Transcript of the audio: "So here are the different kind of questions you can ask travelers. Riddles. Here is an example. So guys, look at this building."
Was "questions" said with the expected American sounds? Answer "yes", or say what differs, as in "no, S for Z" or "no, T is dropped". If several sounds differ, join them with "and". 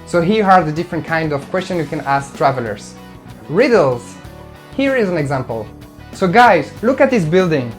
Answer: no, Z is dropped